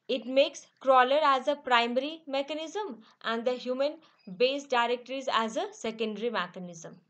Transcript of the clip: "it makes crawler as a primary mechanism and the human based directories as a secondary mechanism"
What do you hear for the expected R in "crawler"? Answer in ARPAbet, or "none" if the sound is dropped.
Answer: R